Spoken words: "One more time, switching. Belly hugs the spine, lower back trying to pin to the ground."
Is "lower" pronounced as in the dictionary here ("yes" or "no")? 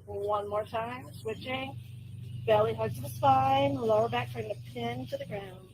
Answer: yes